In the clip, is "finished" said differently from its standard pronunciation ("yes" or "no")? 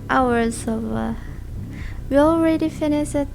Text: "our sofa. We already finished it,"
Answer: yes